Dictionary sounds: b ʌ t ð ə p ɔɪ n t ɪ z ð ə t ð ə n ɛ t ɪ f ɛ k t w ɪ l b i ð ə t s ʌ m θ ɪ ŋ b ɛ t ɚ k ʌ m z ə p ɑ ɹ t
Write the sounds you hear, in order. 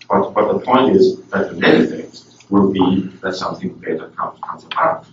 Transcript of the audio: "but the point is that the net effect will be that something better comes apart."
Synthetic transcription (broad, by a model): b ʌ t ð ə p ɔɪ n t ɪ z ð ə t ð ə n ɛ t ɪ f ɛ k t w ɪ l b i ð ə t s ʌ m θ ɪ ŋ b ɛ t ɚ k ʌ m z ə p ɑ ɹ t